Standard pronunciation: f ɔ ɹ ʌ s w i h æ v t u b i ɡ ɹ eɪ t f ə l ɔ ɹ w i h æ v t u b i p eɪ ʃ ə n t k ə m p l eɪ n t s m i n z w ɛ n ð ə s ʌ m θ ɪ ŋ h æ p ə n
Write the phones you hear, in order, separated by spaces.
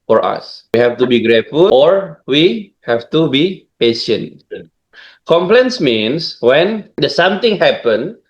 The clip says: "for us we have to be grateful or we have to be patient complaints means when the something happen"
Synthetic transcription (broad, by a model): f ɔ ɹ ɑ s w i h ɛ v t u b i ɡ ɹ eɪ t f ə l ɔ ɹ w i h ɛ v t u b i p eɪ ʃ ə n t k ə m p l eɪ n s m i n s w ɛ n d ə s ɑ m t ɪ ŋ h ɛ p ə n